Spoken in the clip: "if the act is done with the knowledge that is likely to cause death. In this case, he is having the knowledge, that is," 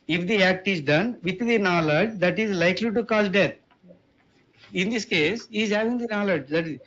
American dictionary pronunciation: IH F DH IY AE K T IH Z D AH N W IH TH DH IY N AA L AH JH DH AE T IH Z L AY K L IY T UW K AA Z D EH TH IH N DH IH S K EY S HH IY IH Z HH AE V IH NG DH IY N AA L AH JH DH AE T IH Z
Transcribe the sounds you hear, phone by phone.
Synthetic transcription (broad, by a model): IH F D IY AE K T IH Z D AH N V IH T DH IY N AA L AH JH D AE T IH Z L AY K L IY T UW K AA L D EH T IH N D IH S K EY S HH IY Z HH AE V IH NG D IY N AA L AH JH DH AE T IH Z